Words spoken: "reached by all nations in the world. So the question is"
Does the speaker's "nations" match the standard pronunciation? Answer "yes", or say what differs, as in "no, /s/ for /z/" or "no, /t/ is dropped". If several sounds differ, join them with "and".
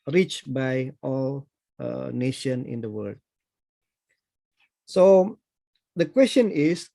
no, /z/ is dropped